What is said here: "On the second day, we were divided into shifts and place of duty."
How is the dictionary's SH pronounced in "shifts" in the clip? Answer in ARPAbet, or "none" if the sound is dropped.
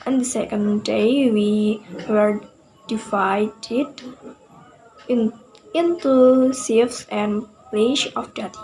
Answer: S